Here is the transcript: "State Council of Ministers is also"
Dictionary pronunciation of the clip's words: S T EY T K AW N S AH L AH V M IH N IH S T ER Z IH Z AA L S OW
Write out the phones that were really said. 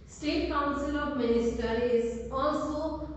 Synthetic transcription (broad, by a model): S T EY T K AW N S AH L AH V M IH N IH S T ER IH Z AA L S OW